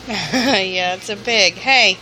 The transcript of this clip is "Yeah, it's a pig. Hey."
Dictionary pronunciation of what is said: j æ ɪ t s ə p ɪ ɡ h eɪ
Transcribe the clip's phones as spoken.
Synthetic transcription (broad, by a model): j æ ɪ t s ə b ɪ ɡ h eɪ